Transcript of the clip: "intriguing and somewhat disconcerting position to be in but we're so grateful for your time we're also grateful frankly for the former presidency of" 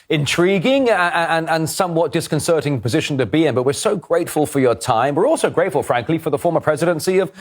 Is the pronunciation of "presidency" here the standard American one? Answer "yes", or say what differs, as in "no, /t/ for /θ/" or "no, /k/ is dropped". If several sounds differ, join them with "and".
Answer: yes